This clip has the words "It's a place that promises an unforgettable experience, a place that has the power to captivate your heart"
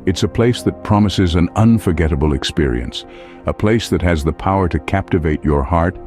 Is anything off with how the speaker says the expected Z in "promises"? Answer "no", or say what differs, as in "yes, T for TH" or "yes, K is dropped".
no